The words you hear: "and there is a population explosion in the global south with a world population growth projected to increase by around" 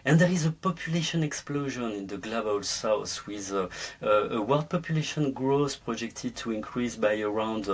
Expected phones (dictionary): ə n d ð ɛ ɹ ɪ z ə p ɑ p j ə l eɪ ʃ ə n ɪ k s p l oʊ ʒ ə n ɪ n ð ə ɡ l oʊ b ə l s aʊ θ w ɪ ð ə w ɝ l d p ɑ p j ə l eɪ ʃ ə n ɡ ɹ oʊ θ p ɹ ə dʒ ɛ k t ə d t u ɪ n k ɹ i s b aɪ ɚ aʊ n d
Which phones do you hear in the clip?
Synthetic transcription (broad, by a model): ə n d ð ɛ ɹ ɪ z ə p ɑ p j ə l eɪ ʃ ə n ɪ k s p l oʊ ʒ ə n ɪ n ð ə ɡ l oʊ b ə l s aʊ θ w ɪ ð ə w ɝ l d p ɑ p j ə l eɪ ʃ ə n ɡ ɹ oʊ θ p ɹ ə dʒ ɛ k t ə d t u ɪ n k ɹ i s b aɪ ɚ aʊ n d